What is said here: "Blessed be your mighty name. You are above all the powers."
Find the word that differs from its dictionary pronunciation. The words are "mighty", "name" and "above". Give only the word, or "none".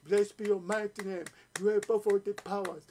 above